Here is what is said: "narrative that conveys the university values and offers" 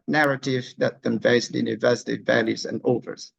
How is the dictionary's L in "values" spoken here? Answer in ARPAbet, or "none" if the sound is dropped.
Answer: L